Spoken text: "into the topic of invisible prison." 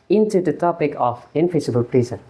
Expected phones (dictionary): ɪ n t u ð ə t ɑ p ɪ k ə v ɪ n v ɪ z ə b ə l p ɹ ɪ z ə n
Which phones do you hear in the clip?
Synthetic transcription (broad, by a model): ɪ n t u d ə t ɑ p ɪ k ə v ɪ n f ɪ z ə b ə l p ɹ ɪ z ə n